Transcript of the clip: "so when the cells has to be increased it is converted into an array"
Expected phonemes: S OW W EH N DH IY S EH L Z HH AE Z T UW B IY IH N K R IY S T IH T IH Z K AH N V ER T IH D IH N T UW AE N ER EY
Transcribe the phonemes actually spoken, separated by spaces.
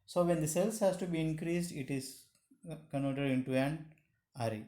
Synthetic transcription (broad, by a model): S OW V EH N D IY S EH L S HH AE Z T UW B IY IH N K R IY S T IH T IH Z K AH N AO T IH D IH N T UW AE N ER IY